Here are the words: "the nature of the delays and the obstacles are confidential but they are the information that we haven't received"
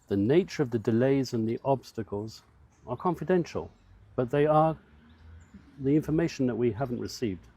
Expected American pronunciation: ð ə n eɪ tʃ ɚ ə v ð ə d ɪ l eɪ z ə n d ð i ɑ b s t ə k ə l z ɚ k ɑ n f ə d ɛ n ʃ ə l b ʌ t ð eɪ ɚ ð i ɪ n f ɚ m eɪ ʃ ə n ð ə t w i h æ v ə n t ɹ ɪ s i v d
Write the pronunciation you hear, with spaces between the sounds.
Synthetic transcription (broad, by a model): ð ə n eɪ tʃ ɚ ə v ð ə d ɪ l eɪ z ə n ð i ɑ b s t ə k ə l z ɚ k ɑ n f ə d ɛ n ʃ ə l b ʌ t ð eɪ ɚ ð i ɪ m f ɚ m eɪ ʃ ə n ð ə t w i h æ v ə n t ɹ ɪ s i v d